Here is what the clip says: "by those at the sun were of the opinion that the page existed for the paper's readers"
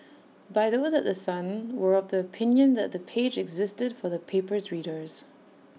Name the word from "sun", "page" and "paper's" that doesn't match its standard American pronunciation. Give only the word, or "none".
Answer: none